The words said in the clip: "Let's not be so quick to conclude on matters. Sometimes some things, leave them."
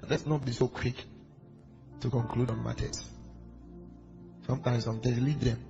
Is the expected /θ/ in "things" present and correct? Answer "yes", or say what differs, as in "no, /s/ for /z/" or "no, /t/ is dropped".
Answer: no, /t/ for /θ/